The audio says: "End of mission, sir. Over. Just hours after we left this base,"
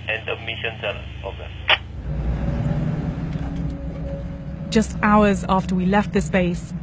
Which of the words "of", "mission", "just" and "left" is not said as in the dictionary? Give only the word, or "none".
of